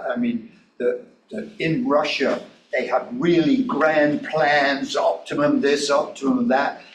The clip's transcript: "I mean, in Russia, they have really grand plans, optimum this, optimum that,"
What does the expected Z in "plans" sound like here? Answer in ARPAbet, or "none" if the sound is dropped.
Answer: Z